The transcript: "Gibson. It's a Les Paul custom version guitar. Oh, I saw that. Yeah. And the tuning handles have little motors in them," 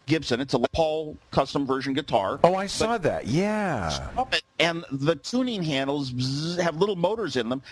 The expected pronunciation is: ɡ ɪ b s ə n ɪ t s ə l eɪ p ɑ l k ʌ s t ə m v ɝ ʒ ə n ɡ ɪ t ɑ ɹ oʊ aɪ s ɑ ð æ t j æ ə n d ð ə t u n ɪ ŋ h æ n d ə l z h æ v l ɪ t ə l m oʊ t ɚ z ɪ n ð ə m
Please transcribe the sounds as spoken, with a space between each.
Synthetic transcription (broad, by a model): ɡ ɪ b s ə n ɪ t s ə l p ɑ l k ʌ s t ə m v ɝ ʒ ə n ɡ ɪ t ɑ ɹ oʊ aɪ s ɑ ð æ t j æ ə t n ð ə t u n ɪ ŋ h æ n d l z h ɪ v l ɪ t l m oʊ t ɚ z ɪ n ð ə m